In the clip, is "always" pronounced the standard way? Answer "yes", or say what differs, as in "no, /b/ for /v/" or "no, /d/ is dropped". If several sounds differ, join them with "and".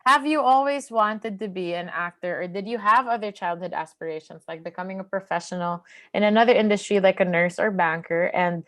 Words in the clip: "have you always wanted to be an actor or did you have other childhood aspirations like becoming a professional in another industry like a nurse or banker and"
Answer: yes